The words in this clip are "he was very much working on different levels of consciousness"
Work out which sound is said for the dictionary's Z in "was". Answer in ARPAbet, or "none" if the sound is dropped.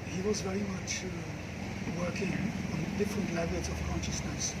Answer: Z